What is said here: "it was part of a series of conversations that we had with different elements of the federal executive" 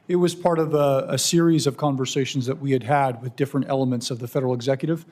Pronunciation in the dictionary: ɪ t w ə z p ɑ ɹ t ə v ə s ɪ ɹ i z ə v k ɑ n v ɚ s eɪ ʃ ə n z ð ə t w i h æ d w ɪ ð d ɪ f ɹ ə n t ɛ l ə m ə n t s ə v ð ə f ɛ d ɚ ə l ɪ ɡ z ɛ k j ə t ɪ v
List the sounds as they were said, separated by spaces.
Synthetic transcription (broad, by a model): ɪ t w ə z p ɑ ɹ t ə v ə s ɪ ɹ i z ə v k ɑ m v ɚ s eɪ ʃ n z ð ə t w i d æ d w ɪ ð d ɪ f ɹ ə n t ɛ l ə m ə n t s ə v ð ə f ɛ d ɚ l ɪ ɡ z ɛ k j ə t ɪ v